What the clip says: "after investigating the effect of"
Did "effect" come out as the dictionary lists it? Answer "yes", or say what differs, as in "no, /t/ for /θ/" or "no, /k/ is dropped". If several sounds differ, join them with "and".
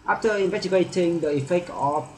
no, /t/ is dropped